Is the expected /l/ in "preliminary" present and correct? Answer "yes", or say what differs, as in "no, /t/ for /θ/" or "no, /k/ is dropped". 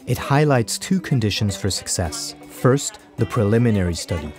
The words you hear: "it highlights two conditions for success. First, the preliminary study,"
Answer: yes